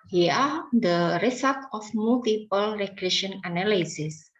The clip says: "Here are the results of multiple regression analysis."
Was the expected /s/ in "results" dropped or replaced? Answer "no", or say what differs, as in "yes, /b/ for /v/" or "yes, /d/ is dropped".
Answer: yes, /s/ is dropped